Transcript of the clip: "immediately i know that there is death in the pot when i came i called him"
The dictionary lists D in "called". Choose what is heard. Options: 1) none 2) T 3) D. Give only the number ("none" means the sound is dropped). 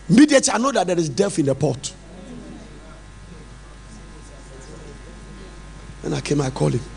1